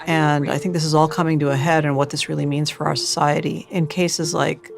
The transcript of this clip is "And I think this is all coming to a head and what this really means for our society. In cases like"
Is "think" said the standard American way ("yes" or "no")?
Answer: yes